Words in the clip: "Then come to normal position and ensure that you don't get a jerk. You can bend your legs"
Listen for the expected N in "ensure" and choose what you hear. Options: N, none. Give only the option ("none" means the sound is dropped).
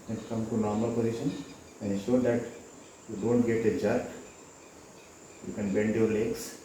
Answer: none